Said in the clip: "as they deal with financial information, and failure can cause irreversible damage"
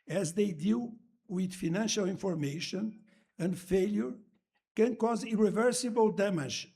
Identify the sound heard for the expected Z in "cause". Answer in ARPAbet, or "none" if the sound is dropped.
Z